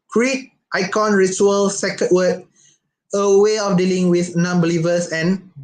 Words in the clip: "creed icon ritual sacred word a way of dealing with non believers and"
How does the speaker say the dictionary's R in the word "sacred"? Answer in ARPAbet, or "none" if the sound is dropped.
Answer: none